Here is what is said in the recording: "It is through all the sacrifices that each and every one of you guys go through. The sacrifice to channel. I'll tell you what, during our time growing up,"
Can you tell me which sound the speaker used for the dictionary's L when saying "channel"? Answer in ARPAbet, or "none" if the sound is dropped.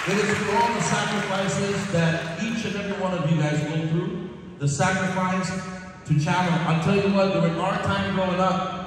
N